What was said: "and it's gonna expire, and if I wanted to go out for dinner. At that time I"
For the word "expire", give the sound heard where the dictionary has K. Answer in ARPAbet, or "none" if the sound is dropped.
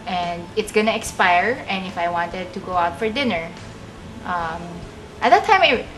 K